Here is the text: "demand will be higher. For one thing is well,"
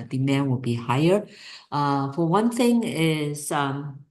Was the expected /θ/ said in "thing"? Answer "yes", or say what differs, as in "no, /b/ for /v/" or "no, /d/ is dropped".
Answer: yes